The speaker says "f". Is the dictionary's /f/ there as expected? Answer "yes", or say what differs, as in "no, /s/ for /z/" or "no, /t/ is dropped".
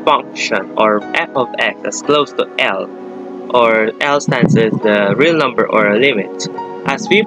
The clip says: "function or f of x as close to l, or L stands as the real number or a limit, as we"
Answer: no, /p/ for /f/